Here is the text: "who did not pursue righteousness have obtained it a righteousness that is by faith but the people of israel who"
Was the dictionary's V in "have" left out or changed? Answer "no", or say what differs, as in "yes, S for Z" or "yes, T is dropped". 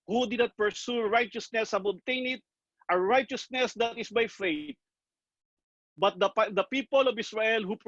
yes, B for V